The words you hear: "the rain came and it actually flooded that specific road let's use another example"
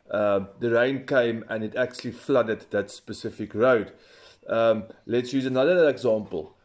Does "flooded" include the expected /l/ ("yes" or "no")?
yes